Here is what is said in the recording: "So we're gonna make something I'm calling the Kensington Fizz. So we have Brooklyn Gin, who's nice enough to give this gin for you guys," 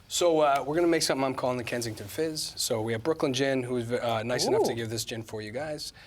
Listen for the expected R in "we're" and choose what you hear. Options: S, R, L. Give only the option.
R